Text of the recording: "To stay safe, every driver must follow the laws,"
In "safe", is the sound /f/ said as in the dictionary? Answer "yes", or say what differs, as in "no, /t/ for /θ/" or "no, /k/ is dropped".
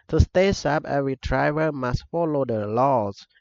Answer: no, /p/ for /f/